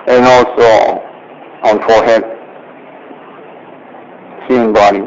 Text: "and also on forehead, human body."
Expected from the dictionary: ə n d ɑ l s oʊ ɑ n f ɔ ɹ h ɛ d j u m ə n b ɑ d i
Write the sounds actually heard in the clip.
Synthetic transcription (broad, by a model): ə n ɑ l s oʊ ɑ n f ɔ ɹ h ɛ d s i ə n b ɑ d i